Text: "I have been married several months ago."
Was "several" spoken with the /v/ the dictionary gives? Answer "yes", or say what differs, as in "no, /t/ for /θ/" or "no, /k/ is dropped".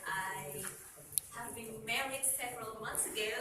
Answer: yes